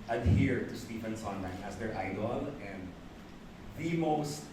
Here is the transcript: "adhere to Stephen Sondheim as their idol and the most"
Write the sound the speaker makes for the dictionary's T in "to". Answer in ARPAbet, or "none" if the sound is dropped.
T